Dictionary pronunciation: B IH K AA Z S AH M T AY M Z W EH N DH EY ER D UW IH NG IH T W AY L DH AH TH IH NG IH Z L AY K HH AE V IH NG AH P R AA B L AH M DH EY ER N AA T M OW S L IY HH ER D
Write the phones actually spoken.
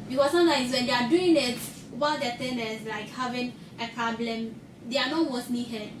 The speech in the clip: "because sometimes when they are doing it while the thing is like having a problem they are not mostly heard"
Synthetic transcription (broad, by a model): B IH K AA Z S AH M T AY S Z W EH N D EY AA D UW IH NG IH T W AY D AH T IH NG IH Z L AY K HH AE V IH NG AH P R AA B L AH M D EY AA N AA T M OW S N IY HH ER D